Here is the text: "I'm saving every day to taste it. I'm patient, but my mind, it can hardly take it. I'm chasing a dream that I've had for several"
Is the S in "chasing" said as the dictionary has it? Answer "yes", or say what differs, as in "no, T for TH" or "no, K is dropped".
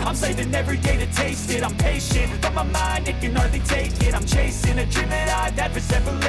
yes